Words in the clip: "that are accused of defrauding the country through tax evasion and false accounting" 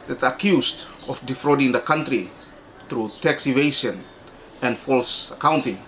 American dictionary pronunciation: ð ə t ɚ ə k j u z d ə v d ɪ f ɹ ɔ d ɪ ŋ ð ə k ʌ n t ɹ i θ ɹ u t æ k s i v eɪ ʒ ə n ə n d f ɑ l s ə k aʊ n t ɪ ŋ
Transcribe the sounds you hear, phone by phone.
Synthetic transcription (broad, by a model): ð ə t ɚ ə k j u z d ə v d ɪ f ɹ ɔ d ɪ ŋ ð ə k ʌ n t ɹ i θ ɹ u t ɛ k s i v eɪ ʃ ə n ə n d f ɑ l s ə k aʊ n t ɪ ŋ